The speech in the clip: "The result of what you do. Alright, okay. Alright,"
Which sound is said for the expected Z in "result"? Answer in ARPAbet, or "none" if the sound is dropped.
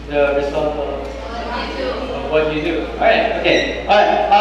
S